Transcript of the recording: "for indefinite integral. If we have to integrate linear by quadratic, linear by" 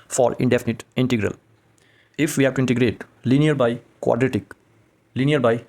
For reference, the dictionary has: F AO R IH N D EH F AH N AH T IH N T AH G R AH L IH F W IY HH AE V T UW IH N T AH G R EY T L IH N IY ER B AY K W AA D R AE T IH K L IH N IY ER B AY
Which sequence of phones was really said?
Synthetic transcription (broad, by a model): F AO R IH N D EH F AH N AH T IH N T AH G R AH L IH F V IY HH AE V T UW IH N T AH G R EY T L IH N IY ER B AY K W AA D R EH T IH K L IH N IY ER B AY